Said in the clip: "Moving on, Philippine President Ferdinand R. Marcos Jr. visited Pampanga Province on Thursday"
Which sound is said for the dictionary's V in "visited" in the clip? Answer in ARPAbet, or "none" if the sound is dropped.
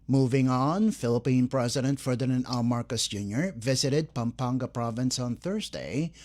V